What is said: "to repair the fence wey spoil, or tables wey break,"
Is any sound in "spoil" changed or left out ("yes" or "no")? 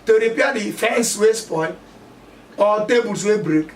yes